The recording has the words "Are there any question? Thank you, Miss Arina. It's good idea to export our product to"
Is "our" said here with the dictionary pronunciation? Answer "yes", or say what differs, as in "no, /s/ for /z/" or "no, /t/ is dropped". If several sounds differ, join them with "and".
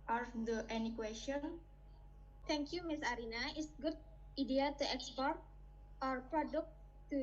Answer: yes